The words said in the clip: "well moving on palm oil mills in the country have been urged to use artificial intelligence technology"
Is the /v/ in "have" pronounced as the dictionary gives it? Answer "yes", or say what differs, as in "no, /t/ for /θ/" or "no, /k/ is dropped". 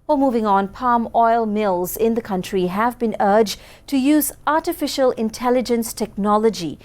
yes